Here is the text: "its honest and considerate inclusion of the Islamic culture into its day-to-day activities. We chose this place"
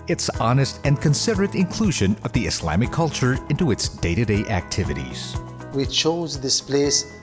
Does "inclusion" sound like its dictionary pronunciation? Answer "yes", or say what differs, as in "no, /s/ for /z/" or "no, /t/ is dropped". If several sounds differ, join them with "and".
yes